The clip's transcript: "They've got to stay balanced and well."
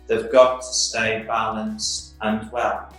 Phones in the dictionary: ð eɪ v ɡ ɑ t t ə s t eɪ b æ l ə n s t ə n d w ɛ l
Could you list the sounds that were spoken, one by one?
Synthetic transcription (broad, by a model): ð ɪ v ɡ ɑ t t ə s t eɪ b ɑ l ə n s ə n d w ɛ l